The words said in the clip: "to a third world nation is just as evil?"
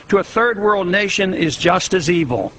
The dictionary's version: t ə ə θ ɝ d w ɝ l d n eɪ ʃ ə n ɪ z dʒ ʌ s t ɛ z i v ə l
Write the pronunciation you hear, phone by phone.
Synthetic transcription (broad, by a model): t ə ə θ ɝ d w ɝ l d n eɪ ʃ ə n ɪ z dʒ ʌ s t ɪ z i v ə l